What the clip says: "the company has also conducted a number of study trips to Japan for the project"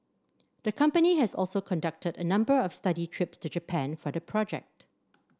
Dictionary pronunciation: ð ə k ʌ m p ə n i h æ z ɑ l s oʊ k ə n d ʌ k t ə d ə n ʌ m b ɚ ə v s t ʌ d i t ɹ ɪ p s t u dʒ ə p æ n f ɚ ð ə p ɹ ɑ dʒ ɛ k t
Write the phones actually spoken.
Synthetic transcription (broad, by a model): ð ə k ʌ m p ə n i h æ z ɑ l s oʊ k ə n d ʌ k t ə d ə n ʌ m b ɚ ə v s t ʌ d i t ɹ ɪ p s t u dʒ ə p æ n f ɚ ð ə p ɹ ɑ dʒ ɛ k t